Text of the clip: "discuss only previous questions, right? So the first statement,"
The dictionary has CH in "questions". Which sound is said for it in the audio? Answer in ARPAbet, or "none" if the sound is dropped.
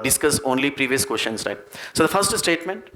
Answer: SH